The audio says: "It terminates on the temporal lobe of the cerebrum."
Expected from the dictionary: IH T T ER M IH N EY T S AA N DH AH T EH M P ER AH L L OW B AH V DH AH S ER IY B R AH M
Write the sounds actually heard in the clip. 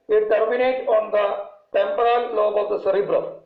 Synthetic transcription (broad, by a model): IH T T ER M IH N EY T AA N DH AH T EH M P ER AH L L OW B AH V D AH S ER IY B R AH